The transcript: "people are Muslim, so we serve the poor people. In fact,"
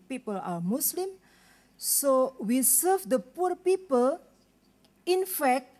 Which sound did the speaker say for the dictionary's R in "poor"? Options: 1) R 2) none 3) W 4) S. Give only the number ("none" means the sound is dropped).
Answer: 1